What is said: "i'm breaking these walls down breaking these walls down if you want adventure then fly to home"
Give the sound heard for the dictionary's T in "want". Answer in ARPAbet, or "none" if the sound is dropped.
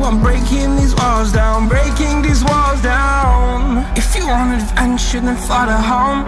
none